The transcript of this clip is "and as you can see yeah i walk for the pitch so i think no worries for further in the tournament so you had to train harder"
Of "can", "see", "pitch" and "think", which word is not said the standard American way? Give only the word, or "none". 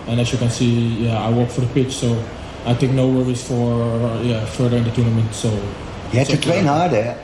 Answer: think